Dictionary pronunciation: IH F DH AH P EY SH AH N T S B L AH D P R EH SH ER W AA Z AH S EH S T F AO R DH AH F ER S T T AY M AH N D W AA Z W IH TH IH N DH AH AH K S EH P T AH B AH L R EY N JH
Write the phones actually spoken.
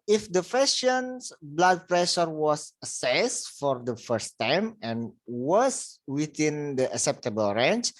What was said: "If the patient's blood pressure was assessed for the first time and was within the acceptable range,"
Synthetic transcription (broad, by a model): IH F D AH F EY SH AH N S B L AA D P R EH SH ER W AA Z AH S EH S F AO R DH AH F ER S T T AY M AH N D W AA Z W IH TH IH N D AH AH K S EH P T AH B AH L R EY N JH